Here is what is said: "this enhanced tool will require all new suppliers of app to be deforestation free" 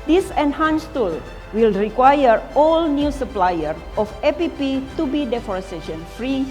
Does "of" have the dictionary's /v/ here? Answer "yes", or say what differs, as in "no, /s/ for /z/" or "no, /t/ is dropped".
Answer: no, /p/ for /v/